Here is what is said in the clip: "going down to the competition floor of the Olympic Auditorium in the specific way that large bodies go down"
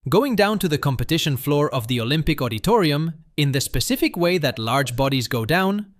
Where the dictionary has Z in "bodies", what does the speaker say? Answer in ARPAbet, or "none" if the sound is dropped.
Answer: Z